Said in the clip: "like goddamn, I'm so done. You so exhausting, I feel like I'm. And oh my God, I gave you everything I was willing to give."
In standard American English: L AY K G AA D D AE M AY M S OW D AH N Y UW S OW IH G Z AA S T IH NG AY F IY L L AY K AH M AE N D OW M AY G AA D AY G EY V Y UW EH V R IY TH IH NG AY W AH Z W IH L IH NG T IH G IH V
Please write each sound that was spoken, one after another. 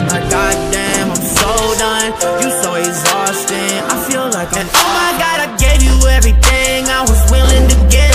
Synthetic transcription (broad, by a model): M AY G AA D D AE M AY M S OW D AH N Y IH S OW IH G Z AA S T IH NG AY F IY L L AY K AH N OW M AY G AA D AY G EY V Y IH EH V R IY TH IH NG AY W AH Z W IH L IH NG T IH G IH